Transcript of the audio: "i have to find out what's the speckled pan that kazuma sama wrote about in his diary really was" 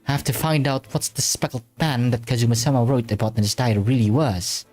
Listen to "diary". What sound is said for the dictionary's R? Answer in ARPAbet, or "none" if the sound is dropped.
none